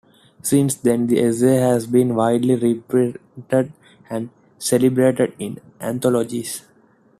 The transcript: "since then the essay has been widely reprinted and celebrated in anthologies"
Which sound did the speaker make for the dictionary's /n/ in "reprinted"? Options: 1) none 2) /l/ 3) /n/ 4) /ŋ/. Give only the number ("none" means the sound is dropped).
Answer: 1